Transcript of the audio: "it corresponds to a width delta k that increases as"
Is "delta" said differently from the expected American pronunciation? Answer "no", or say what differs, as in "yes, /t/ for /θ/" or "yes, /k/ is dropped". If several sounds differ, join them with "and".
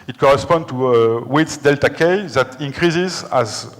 no